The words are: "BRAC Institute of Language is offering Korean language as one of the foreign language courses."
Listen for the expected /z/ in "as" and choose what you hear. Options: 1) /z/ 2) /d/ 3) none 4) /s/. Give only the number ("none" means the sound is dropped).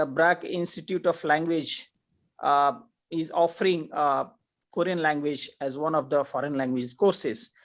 1